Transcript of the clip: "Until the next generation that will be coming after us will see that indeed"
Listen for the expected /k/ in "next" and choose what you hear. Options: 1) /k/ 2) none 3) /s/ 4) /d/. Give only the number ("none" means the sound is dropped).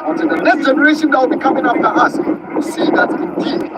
2